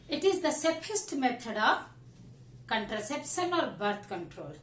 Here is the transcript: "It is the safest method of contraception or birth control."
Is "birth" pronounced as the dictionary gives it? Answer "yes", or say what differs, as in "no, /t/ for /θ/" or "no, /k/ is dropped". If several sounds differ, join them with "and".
no, /t/ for /θ/